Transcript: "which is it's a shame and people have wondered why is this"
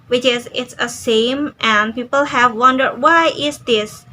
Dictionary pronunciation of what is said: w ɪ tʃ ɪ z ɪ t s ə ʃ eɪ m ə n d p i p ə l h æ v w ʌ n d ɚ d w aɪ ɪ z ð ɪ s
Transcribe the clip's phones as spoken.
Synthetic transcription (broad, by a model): w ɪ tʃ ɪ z ɪ t s ə s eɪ m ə n p i p ə l h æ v w ʌ n d ɚ d w aɪ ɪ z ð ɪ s